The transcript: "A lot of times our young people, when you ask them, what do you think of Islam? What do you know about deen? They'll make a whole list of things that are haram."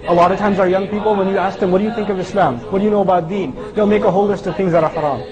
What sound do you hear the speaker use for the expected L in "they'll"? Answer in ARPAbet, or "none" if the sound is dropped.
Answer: L